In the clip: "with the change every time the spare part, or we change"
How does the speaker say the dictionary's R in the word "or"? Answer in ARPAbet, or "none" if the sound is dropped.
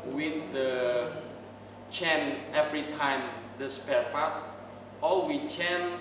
L